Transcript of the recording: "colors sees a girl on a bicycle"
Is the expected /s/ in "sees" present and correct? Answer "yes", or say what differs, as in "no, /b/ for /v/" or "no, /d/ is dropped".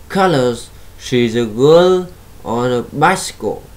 no, /ʃ/ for /s/